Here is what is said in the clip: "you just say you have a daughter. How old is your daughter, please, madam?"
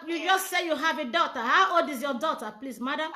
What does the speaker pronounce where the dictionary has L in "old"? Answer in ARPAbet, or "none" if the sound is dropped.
none